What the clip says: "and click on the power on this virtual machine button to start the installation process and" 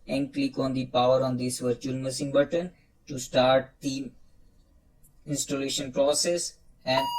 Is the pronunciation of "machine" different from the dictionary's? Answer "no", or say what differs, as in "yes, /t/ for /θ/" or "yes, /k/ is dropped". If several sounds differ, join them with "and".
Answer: yes, /s/ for /ʃ/